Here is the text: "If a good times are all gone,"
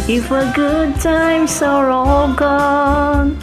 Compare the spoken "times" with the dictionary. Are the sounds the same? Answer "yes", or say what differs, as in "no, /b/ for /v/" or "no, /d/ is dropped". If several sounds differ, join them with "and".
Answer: no, /s/ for /z/